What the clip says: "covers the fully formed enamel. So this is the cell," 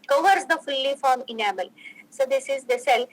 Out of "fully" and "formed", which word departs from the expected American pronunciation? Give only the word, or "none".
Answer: formed